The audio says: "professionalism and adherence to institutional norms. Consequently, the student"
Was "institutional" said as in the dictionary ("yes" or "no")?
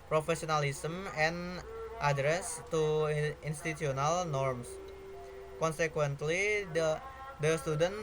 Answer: no